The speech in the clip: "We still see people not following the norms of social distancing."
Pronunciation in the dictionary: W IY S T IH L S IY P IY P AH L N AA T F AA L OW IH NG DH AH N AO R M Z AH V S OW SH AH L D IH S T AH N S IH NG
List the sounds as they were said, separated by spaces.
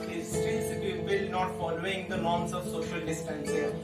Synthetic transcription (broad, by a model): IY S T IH N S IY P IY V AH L N AA T F AA L OW IH NG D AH N AO R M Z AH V S OW SH AH L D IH S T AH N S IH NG